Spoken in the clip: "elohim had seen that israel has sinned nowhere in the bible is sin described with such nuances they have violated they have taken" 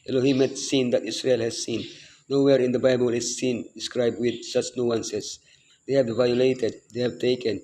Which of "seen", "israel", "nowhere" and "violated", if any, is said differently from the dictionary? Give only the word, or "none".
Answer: israel